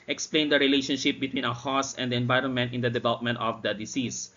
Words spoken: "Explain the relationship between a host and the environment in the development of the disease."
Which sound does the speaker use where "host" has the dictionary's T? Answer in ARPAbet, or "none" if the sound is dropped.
none